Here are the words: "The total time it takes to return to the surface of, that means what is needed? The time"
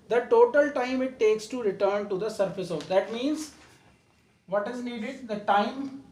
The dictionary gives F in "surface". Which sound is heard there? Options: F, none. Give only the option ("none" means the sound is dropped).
F